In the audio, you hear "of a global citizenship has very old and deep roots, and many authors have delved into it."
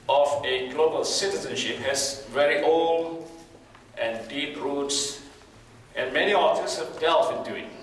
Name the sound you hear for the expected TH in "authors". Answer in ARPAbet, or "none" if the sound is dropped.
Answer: F